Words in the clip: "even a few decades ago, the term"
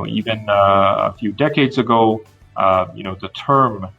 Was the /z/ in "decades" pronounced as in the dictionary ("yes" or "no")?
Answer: yes